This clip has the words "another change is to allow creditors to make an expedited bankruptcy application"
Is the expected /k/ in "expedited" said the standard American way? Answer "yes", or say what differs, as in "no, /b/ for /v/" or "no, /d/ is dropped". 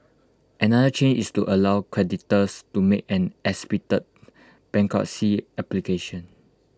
no, /k/ is dropped